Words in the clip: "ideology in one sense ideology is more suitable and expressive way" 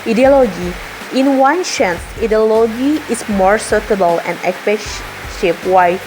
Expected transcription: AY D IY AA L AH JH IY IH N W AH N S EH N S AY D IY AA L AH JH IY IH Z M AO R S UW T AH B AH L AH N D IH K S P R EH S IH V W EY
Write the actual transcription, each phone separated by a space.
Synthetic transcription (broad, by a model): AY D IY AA L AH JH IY IH N W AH N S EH N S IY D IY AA L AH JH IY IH S M AO R S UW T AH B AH L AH N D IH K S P EH SH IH P W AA